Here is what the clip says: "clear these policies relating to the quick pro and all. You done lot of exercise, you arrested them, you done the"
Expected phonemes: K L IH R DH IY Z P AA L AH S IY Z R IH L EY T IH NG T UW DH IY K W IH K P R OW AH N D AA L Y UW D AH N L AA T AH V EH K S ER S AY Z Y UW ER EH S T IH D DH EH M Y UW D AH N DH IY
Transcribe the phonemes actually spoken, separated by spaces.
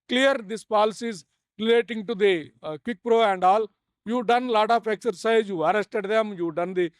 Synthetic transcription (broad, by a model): K L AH R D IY S P AA L AH S IY Z R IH L EY T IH NG T UW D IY K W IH K P R OW AH N D AA L Y UW D AH N L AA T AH P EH K S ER S AY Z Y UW ER EH S T IH D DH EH M Y UW D AH N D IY